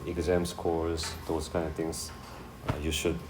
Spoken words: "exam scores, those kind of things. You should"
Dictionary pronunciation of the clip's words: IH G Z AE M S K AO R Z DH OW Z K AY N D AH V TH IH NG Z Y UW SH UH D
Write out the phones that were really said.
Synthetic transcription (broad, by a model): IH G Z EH M S K AO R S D OW S K AY N D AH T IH NG S Y UW SH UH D